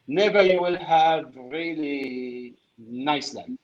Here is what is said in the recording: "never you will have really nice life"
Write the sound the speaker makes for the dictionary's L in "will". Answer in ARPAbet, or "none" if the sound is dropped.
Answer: L